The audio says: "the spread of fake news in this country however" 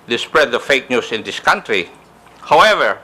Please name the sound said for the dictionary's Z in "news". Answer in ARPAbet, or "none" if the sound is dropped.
S